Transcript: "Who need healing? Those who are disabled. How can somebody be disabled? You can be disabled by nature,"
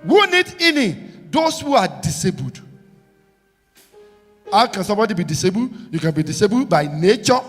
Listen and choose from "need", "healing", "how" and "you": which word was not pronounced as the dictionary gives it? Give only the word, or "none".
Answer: healing